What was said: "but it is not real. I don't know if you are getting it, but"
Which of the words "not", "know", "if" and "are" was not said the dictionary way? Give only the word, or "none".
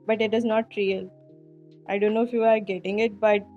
none